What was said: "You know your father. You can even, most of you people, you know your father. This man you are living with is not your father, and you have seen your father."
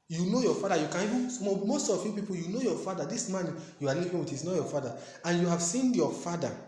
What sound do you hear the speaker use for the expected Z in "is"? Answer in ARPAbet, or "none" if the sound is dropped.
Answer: S